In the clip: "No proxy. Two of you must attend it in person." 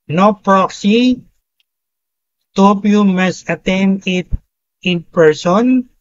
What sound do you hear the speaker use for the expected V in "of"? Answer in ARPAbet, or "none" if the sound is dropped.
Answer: P